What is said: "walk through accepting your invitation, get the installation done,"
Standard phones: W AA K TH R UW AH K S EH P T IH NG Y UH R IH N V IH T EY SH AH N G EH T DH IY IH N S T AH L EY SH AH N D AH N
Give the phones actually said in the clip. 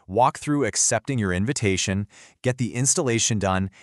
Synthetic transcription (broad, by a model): W AA K TH R UW AH K S EH P T IH NG Y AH R IH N V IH T EY SH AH N G EH T DH IY IH N S T AH L EY SH AH N D AH N